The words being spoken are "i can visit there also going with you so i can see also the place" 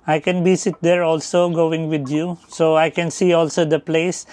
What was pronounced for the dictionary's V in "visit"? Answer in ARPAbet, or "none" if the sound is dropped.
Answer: B